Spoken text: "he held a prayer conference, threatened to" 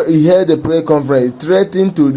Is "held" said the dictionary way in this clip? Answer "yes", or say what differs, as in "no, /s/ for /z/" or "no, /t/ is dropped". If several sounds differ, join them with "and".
no, /l/ is dropped